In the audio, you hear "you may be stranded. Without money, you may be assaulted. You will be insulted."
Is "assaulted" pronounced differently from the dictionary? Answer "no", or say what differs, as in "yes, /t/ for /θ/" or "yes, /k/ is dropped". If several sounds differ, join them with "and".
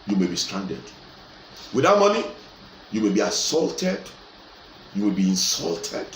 no